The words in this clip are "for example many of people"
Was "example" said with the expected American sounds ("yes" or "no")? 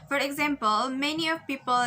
yes